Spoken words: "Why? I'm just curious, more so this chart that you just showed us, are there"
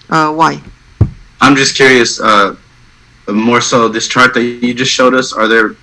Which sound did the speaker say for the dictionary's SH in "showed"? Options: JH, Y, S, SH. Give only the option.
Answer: SH